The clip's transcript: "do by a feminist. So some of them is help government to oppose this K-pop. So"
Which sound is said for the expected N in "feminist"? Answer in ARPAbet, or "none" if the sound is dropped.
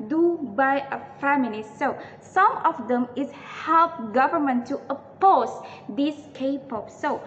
L